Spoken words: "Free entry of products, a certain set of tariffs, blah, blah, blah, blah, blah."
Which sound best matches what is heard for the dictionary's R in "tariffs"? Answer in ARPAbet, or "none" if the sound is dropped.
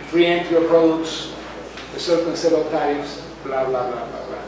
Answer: none